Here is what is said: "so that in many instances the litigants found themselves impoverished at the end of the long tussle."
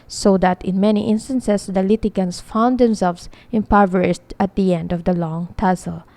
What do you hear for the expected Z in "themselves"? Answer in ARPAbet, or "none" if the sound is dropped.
S